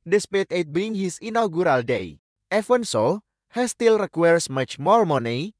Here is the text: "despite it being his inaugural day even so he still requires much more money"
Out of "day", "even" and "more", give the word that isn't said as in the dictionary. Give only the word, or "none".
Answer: even